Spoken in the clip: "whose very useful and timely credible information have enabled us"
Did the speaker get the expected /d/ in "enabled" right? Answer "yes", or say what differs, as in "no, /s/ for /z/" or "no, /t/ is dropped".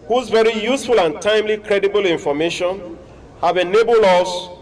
no, /d/ is dropped